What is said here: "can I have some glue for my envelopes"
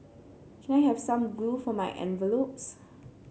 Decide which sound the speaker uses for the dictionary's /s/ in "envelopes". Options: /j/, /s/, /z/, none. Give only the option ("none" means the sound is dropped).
/s/